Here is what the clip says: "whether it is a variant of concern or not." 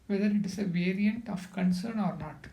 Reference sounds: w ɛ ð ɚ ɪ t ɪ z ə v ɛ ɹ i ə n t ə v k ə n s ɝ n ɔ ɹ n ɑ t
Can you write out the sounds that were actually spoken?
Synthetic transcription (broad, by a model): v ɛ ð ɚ ɪ t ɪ s ə v ɛ ɹ i ə n t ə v k ə n s ɝ n ɔ ɹ n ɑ t